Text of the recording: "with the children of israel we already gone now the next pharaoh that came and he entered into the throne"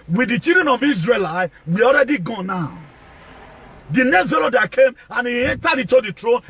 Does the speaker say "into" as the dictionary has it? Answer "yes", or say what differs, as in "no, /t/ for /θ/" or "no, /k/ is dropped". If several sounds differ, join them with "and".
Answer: no, /n/ is dropped